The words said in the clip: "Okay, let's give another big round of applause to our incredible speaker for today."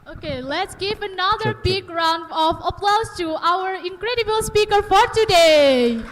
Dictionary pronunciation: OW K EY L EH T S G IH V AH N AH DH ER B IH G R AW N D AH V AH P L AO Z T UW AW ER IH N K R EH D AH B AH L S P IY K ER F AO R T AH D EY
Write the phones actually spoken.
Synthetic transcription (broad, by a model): OW K EY L EH T S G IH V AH N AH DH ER B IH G R AW N D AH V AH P L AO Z T UW AW ER IH N K R EH D AH B AH L S P IY K ER F AO R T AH D EY